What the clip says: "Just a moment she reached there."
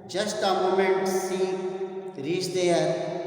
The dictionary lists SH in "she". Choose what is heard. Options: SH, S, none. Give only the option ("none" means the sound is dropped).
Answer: S